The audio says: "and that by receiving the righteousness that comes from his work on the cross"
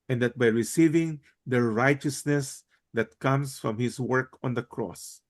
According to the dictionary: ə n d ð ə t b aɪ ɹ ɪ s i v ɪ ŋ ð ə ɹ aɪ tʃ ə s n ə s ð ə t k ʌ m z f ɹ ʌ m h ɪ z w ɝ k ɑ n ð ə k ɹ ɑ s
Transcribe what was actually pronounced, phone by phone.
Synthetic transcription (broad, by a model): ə n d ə t b aɪ ɹ ɪ s i v ɪ ŋ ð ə ɹ aɪ tʃ ə s n ə s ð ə t k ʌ m s f ɹ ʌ m h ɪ s w ɝ k ɑ n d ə k ɹ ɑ s